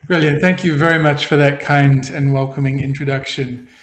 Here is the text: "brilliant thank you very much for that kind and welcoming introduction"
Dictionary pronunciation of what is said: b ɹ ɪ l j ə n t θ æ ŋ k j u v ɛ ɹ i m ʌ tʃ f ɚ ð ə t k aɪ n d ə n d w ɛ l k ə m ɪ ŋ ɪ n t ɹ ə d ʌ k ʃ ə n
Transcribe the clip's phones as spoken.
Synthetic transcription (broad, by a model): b ɹ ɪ l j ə n θ æ ŋ k j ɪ v ɛ ɹ i m ʌ tʃ f ɚ ð ə t k aɪ n d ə n w ɛ l k ə m ɪ ŋ ɪ n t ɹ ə d ʌ k ʃ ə n